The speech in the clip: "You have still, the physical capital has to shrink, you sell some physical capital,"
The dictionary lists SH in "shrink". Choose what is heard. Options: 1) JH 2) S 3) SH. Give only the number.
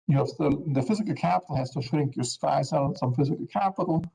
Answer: 3